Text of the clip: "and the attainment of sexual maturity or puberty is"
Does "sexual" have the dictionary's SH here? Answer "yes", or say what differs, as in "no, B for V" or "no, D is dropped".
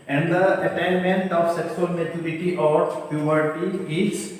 no, S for SH